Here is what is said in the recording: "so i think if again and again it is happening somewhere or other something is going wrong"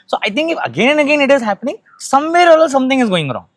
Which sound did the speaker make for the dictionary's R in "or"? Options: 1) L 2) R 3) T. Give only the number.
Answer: 1